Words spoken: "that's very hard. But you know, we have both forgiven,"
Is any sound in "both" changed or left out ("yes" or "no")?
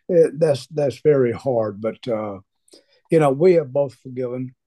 no